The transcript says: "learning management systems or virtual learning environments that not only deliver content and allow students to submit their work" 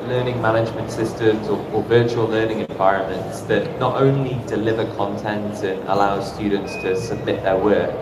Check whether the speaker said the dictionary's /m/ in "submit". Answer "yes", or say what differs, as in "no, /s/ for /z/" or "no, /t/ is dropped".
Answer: yes